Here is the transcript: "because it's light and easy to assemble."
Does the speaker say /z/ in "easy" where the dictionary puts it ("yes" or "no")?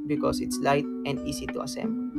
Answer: no